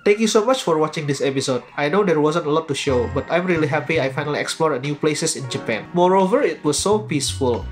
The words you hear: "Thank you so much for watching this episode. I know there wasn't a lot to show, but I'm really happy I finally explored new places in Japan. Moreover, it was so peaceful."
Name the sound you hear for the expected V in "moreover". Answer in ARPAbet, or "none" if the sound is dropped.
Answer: V